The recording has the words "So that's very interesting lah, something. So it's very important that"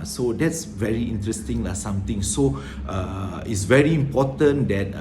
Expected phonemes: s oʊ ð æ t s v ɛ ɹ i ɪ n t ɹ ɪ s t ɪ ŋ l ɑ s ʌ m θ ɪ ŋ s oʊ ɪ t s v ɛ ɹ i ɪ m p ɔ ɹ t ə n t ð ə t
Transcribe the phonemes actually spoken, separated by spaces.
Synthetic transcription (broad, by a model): s oʊ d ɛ t s v ɛ ɹ i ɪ n t ɹ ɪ s t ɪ ŋ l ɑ s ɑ m t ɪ ŋ s oʊ ɪ t s v ɛ ɹ i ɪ m p ɔ t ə n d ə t